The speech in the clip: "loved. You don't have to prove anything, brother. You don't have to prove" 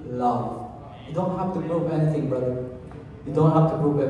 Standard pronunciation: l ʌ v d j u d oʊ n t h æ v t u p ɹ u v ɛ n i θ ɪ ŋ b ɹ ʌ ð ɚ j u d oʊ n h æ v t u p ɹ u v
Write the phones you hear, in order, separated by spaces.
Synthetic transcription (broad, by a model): l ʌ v j u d oʊ n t h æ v t u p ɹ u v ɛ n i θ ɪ ŋ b ʌ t j u d oʊ n h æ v t u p ɹ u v